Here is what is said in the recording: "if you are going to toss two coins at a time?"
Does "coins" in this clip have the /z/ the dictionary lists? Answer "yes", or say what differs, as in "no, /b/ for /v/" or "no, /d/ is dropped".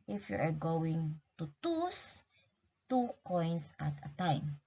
no, /s/ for /z/